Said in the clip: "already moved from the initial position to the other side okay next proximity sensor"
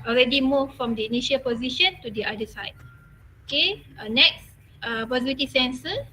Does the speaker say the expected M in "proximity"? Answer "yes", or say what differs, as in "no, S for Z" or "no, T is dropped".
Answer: no, M is dropped